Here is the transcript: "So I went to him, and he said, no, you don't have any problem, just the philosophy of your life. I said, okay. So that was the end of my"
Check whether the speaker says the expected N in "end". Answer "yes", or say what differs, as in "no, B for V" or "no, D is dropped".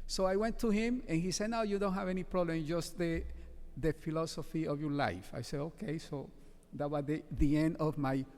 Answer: yes